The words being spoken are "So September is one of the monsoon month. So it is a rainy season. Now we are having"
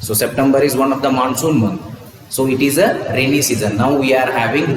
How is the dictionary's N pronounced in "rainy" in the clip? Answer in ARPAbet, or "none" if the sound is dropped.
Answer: L